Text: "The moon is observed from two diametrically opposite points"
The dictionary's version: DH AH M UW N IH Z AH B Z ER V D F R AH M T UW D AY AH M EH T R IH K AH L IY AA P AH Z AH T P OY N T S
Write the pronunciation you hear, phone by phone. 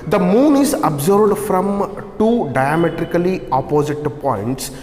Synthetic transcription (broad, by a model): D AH M UW N IH Z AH B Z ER B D F R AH M T UW D AY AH M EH T R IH K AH L IY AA P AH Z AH T P OY N T S